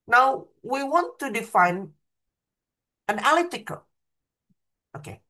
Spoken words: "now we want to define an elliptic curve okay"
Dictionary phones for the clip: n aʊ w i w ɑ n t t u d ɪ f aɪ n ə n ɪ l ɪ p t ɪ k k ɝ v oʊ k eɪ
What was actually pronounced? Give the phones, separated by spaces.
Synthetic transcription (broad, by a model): n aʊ w i w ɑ n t t u d ɪ f aɪ n ə n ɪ l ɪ t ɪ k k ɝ oʊ k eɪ